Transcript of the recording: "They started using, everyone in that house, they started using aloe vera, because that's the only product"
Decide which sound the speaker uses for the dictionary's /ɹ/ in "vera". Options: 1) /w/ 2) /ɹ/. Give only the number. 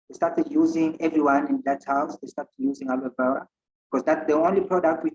1